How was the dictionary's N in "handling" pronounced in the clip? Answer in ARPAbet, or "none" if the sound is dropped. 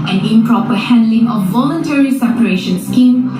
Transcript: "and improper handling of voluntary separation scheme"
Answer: N